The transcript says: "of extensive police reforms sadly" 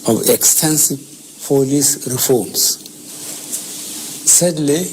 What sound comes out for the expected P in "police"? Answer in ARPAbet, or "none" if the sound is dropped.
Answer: F